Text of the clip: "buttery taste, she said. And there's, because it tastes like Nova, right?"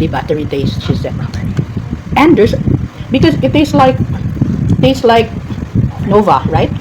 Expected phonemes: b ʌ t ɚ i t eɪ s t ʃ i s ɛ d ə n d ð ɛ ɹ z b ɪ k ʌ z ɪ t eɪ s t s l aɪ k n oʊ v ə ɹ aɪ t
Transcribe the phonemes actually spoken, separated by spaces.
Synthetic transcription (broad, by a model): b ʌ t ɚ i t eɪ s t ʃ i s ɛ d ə n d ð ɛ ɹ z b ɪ k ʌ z ɪ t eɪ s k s l aɪ k n oʊ v ə ɹ aɪ t